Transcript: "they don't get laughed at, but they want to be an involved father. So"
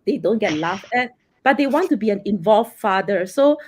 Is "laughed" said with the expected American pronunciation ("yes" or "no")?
no